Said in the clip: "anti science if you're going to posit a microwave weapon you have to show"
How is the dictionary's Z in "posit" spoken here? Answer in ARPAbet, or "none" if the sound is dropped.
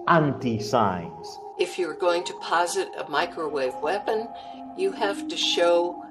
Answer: Z